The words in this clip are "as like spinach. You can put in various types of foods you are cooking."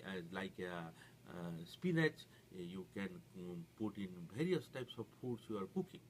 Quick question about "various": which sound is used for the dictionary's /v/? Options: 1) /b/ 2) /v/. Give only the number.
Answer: 1